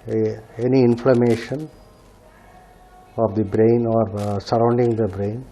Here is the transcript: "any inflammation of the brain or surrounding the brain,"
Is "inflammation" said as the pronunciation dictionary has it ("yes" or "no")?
yes